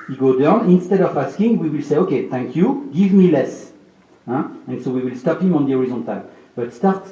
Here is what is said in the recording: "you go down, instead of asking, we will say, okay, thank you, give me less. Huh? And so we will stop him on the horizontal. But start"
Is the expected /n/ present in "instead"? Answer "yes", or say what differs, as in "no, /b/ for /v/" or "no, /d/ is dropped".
yes